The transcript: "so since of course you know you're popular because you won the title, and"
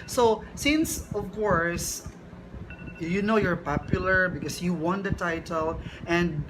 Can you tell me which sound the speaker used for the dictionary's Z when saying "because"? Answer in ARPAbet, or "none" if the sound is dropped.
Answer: S